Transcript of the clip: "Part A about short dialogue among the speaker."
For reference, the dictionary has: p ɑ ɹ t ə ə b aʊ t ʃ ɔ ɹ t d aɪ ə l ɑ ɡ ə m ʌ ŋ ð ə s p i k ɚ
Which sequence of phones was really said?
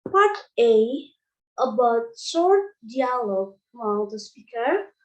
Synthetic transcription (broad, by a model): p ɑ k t ə ə b aʊ t s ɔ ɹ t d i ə l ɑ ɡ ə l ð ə s p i k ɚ